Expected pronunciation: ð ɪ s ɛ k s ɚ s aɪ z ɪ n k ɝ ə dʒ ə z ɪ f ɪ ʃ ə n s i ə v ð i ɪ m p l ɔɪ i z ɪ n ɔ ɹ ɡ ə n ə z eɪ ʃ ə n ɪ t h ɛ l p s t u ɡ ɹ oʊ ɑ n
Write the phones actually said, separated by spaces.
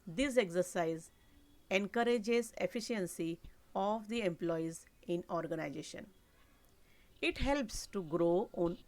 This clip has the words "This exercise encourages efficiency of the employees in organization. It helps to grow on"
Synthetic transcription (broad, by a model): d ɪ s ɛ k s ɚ s aɪ z ɪ n k ɝ ə dʒ ə z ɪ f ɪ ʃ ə n s i ə v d i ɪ m p l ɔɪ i z ɪ n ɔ ɹ ɡ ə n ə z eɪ ʃ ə n ɪ t h ɛ l p s t u ɡ ɹ oʊ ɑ n